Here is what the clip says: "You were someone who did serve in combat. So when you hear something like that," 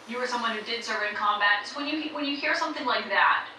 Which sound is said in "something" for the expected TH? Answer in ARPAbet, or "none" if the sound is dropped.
TH